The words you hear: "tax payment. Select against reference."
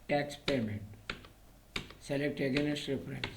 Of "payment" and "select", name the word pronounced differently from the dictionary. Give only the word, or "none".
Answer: payment